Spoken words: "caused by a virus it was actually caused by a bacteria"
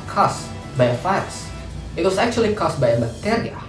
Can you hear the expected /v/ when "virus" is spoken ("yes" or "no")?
no